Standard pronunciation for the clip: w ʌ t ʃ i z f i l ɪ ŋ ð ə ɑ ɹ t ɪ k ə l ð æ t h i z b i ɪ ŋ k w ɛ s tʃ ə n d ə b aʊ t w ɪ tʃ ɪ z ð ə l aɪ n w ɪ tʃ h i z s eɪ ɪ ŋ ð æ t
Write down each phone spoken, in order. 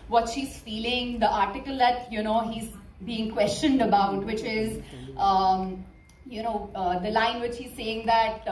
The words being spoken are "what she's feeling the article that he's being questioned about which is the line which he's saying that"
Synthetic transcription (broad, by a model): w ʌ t ʃ i z f i l ɪ ŋ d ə ɑ ɹ t ɪ k ə l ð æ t h i z b i ɪ ŋ k w ɛ s tʃ ə n d ə b aʊ t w ɪ tʃ ɪ z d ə l aɪ n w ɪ tʃ h i z s eɪ ɪ ŋ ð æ t